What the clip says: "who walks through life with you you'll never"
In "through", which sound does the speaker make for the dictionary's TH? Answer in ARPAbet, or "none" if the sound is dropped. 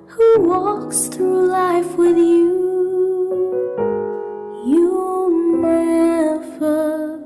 TH